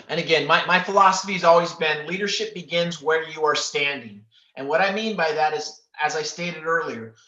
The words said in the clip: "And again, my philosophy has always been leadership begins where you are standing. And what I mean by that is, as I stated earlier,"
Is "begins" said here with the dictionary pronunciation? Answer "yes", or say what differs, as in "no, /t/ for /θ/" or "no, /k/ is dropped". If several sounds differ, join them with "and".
yes